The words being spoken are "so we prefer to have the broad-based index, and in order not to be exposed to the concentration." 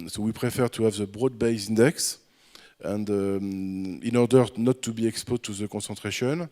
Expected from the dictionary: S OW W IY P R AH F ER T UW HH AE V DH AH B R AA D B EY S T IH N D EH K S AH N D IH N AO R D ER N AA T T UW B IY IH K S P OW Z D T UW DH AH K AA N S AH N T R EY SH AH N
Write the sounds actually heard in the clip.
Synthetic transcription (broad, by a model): S OW W IY P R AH F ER T UW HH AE V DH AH B R AA D B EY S IH N D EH K S AH N D IH N AO R D ER N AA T T UW B IY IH K S P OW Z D T UW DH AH K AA S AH N T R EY SH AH N